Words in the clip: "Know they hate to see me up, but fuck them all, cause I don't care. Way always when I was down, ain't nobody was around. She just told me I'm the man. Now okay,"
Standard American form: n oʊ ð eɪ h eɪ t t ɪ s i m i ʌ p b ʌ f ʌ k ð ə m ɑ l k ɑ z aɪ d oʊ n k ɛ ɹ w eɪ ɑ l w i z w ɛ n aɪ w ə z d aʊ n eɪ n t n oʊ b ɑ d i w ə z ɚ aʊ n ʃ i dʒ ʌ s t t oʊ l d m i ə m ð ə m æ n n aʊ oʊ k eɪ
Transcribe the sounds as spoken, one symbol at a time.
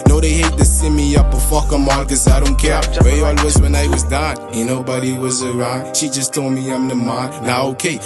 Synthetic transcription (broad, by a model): n oʊ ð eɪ h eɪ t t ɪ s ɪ m i ʌ p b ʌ f ʌ k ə m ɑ n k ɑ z aɪ d oʊ n k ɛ ɹ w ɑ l w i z w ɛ n aɪ w ə z d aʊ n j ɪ n oʊ b ɑ d i w ə z ɚ aʊ n ʃ i dʒ ʌ s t t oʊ l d m i ə m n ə m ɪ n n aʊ oʊ k eɪ